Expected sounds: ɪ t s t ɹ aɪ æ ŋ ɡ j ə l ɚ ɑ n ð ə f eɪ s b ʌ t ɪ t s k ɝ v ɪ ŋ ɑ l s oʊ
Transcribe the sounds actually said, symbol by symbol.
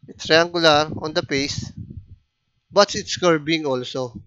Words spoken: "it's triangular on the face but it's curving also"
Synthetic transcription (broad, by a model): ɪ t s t ɹ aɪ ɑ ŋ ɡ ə l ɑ ɑ n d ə p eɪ s b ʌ t ɪ t s k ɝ b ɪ ŋ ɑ l s oʊ